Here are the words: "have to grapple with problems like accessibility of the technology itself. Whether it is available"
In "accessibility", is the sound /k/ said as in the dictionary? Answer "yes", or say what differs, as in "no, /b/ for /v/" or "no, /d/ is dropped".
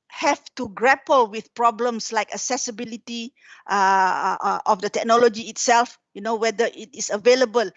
no, /k/ is dropped